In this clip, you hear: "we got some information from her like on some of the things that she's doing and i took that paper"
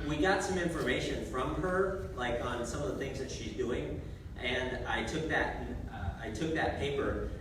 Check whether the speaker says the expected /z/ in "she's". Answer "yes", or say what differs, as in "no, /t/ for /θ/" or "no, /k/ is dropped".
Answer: yes